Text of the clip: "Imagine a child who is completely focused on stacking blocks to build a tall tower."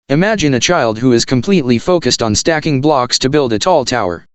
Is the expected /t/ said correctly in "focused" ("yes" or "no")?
yes